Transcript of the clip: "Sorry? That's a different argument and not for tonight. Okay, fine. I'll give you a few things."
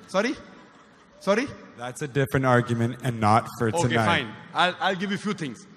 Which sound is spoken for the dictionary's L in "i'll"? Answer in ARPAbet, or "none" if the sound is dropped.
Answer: L